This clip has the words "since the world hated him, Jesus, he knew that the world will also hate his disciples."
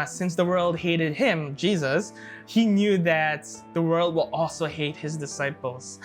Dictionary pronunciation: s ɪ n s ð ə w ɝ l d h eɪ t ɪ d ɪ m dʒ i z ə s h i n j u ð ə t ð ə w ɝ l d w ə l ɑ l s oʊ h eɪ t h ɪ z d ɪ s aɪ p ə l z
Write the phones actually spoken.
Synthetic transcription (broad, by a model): s ɪ n s ð ə w ɝ l d h eɪ t ɪ d ɪ m dʒ i z ə s h i n j u ð ə t ð ə w ɝ l d w ə l ɑ l s oʊ h eɪ t h ɪ z d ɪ s aɪ p l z